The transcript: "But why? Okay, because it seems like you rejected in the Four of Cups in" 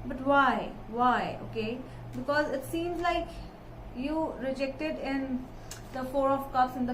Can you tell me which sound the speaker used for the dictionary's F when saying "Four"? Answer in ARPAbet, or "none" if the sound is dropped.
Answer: F